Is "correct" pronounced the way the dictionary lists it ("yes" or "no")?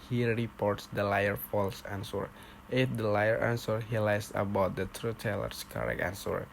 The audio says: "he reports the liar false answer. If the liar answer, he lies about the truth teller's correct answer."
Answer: no